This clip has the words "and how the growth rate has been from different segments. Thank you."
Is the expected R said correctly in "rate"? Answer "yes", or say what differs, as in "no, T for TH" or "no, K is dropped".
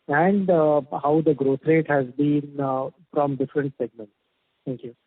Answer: yes